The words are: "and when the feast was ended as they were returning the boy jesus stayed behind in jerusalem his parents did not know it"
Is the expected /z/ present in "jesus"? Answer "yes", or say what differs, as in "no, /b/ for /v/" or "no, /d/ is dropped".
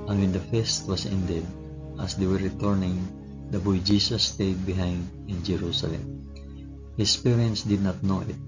no, /s/ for /z/